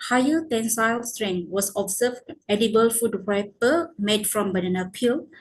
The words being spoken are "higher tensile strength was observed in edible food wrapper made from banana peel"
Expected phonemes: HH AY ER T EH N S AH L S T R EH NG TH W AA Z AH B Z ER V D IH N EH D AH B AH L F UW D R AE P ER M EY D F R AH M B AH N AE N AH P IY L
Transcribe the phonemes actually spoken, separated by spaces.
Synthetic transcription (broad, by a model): HH AY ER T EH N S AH L S T R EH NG W AA S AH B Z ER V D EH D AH B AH L F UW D W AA P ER M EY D F R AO M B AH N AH N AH P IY L